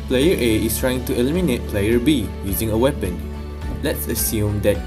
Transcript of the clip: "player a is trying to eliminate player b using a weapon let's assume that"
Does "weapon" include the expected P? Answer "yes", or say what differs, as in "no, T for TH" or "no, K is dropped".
yes